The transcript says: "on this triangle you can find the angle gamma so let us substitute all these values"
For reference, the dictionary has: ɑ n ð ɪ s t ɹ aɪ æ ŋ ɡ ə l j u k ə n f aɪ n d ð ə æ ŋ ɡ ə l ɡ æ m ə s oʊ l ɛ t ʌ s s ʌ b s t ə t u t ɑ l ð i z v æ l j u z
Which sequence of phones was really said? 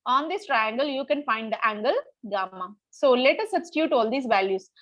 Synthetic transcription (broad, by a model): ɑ n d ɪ s t ɹ aɪ æ ŋ ɡ ə l j u k ə n f aɪ n d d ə æ ŋ ɡ ə l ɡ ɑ m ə s oʊ l ɛ t ʌ s s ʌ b s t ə t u t ɑ l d i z v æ l j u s